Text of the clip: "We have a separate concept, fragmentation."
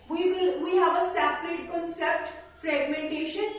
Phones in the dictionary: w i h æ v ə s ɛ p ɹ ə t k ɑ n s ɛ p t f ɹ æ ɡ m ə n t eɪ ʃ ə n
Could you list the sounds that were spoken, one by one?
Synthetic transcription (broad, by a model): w i h æ v ə s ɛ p l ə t k ɑ n s ɛ p t f ɹ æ ɡ m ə n t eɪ ʃ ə n